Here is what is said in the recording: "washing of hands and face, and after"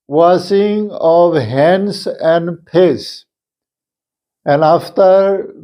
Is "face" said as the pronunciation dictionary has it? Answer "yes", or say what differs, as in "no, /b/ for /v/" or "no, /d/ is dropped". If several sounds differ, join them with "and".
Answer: no, /p/ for /f/